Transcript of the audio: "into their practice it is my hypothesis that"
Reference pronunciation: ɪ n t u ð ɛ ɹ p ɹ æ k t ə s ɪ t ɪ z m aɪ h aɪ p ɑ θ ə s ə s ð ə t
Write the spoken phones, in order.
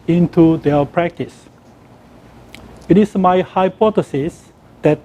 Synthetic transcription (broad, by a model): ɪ n t u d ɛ p ɹ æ k t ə s ɪ t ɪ s m aɪ h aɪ p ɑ t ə s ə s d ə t